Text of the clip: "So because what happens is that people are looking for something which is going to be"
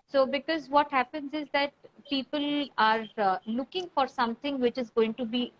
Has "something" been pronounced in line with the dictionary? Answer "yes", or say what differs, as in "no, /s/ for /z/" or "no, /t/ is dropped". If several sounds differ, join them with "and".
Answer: no, /t/ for /θ/